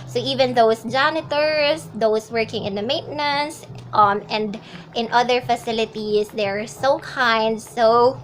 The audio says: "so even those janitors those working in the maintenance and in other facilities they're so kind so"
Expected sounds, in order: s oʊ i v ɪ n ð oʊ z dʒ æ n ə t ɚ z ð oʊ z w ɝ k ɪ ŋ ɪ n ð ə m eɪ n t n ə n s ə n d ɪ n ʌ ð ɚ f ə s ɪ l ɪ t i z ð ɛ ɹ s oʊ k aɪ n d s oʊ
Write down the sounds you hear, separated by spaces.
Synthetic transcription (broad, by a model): s oʊ i v ɪ n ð oʊ s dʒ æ n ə t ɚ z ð oʊ s w ɝ k ɪ ŋ ɪ n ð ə m eɪ n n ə n s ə n d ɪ n ʌ ð ɚ f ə s ɪ l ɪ t i s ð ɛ ɹ s oʊ k aɪ n d s oʊ